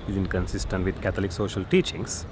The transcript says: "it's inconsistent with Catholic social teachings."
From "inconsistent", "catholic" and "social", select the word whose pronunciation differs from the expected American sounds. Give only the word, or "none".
catholic